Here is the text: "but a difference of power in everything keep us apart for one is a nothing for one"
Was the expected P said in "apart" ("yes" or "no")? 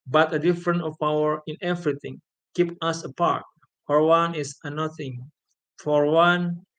yes